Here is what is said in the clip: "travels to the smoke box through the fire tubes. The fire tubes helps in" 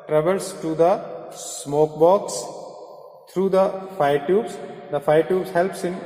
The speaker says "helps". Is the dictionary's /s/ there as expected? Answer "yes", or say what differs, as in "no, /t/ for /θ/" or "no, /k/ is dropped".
yes